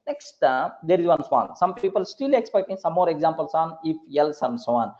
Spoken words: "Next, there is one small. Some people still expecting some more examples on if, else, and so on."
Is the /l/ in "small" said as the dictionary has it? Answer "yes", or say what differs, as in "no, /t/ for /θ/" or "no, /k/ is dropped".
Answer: no, /n/ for /l/